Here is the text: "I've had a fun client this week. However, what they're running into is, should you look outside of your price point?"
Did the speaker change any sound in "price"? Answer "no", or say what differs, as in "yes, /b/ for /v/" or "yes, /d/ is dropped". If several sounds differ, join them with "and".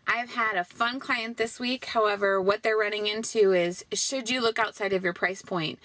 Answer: no